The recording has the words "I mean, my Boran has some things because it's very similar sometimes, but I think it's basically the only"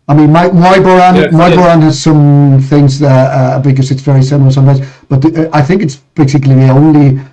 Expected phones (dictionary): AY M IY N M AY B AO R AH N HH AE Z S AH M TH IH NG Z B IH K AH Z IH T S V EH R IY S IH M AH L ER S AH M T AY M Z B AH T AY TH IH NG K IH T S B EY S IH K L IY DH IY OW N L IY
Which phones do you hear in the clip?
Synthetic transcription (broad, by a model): AY M IY N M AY B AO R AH N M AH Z S AH M TH IH NG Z B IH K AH S IH T S V EH R IY S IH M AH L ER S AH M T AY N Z B AH T AY TH IH NG K IH T S B EY S IH K L IY DH IY OW N L IY